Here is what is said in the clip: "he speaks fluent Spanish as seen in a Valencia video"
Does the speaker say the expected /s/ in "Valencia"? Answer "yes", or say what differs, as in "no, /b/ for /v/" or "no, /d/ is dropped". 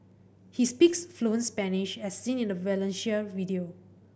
no, /ʃ/ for /s/